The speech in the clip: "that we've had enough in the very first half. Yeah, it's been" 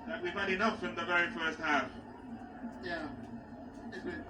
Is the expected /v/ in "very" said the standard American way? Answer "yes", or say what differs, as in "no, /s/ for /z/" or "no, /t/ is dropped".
yes